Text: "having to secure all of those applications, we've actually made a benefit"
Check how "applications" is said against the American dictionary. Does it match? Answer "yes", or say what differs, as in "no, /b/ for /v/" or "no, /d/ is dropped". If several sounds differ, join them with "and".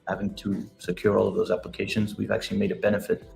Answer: yes